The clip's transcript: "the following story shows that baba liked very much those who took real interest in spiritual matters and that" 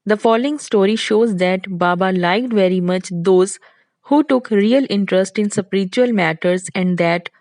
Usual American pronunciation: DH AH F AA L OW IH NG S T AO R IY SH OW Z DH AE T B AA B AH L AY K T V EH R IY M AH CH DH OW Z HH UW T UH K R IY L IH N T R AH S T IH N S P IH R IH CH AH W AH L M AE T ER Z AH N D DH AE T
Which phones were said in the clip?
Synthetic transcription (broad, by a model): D AH F AA L OW IH NG S T AO R IY SH OW Z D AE T B AA B AH L AY K T V EH R IY M AH CH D OW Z HH UW T UH K R IY L IH N T R AH S T IH N S P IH R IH CH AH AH L M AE T ER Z AH N D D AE T